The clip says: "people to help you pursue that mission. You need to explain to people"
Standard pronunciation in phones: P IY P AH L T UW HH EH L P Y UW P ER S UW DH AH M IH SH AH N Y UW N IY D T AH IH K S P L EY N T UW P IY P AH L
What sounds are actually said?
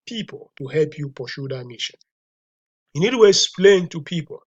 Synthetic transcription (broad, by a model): P IY P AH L T UW HH EH L P Y UW P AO SH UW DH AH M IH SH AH N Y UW N IY D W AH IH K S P L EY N T UW P IY P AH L